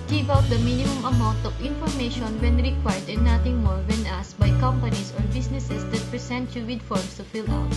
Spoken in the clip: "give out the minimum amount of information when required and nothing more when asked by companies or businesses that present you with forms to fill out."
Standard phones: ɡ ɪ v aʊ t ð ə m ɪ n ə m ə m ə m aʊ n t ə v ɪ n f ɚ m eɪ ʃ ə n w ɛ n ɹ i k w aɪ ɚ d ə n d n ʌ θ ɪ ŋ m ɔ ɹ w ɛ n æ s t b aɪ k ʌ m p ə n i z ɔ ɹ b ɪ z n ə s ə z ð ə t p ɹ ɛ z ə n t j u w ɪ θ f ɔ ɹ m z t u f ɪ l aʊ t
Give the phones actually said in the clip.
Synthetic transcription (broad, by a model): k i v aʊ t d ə m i n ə m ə m ə m aʊ n t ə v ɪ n f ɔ m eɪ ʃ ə n w ɛ n ɹ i k w aɪ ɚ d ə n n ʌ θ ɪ ŋ m ɔ ɹ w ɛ n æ s b aɪ k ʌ m p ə n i s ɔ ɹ b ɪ s n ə s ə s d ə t p ɹ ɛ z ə n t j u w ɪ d f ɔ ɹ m s t u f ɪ l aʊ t